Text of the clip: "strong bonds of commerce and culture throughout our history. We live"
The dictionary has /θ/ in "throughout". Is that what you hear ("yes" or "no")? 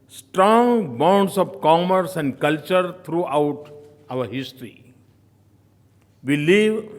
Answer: no